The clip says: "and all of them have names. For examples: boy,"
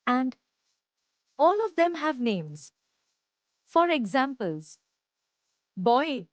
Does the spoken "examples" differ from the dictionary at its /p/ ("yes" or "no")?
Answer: no